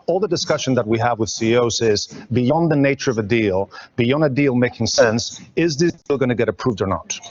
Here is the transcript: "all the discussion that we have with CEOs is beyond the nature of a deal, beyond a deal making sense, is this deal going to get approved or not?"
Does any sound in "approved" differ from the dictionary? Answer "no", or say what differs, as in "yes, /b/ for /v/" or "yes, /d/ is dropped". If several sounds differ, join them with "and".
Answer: no